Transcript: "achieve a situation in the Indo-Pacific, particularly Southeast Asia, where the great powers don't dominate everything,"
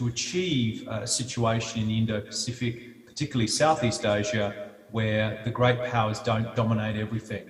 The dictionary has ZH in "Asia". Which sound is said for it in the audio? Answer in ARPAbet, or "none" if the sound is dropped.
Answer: ZH